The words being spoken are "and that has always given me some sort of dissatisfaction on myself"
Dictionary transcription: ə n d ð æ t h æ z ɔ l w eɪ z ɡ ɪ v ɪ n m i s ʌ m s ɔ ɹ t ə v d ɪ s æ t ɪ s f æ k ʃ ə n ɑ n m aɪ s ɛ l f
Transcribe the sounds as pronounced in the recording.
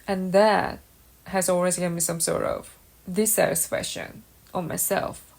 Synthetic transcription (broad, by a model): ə n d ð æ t h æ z ɔ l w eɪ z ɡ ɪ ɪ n m i s ʌ m s ɔ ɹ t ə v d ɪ s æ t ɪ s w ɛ ʃ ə n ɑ m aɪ s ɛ l f